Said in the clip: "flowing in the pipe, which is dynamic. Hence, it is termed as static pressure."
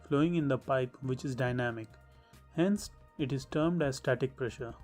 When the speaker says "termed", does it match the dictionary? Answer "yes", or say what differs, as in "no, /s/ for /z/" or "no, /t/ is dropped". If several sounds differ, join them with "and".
yes